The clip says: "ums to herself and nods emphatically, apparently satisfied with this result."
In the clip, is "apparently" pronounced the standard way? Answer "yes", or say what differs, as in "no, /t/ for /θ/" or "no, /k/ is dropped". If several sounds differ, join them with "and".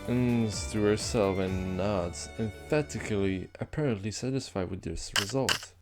yes